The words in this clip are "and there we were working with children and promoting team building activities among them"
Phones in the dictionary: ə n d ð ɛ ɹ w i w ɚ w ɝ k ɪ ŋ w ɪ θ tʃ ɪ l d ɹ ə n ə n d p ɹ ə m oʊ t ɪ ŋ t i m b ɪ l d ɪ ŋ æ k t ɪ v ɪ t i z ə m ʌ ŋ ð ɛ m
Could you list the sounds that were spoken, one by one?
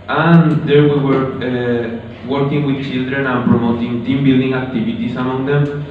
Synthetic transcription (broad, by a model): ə n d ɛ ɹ w i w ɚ w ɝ k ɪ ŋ w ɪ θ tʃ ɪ l d ɹ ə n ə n p ɹ ə m oʊ t ɪ ŋ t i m b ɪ l d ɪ ŋ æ k t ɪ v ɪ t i s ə m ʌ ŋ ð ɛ m